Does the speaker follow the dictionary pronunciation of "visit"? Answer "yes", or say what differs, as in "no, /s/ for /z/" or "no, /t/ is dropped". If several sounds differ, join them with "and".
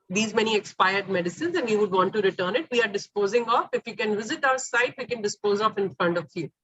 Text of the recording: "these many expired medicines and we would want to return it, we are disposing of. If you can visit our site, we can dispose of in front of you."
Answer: yes